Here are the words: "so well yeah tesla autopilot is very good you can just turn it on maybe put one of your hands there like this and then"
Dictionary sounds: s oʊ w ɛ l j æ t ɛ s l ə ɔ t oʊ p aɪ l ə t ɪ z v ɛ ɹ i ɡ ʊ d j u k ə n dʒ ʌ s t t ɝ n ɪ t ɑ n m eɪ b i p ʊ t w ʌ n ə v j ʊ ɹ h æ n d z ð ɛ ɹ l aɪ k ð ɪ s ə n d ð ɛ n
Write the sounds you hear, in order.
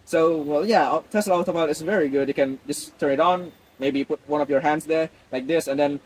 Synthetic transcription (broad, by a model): s oʊ w ɛ l j æ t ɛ s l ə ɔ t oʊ b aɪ ə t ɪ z v ɛ ɹ i ɡ ʊ d j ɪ k ə n dʒ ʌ s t t ɝ n ɪ t n m eɪ b i p ʊ t w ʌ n ə v j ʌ ɹ h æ n d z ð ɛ ɹ l aɪ k ð ɪ s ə n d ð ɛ n